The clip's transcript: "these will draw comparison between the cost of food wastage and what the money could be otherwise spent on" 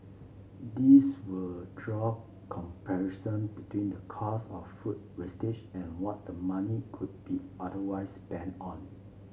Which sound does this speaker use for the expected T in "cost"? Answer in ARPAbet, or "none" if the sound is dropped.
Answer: none